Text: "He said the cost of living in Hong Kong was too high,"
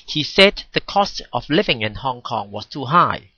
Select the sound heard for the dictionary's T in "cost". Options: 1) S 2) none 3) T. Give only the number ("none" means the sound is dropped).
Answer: 3